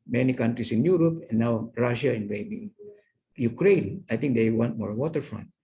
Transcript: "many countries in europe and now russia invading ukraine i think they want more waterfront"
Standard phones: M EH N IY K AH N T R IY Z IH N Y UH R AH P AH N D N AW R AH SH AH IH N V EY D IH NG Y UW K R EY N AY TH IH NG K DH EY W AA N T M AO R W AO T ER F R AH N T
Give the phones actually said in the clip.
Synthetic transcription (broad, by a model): M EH N IY K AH N T R IY S IH N Y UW R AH P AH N N AW R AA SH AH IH N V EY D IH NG Y UW K R EY N AY T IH NG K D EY W AA N T M AO R W AO T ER F R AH N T